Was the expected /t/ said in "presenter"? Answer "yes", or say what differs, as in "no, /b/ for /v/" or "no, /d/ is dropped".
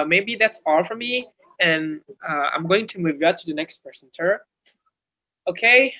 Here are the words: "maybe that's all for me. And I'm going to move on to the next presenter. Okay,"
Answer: no, /s/ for /t/